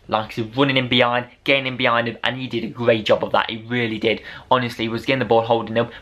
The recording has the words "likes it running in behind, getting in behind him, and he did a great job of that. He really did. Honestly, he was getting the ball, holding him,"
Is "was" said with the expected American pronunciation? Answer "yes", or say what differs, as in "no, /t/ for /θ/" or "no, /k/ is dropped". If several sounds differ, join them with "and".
yes